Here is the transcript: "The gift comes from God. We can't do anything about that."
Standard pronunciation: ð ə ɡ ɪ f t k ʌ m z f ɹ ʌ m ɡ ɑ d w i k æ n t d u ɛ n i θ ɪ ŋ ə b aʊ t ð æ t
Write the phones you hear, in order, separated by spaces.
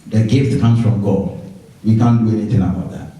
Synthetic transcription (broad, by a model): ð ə ɡ ɪ f t k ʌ m s f ɹ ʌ m ɡ ɑ d w i k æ n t d u ɛ n i θ ɪ ŋ ə b aʊ t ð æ t